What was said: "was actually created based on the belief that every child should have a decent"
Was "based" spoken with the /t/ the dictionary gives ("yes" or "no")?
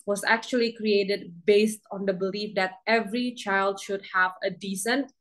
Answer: yes